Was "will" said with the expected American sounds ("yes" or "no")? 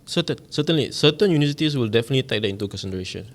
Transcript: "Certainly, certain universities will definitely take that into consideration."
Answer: yes